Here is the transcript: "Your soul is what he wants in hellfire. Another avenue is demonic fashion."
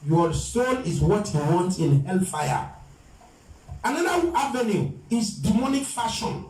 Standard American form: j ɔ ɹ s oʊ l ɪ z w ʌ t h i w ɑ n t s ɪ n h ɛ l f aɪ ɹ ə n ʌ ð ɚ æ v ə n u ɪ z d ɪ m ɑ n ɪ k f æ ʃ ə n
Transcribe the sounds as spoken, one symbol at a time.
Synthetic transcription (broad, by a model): j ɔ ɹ s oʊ n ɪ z w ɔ t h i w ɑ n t ɪ n h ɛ l f aɪ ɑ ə n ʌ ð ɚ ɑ v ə n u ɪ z d ɪ m ɑ n ɪ k f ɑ ʃ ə n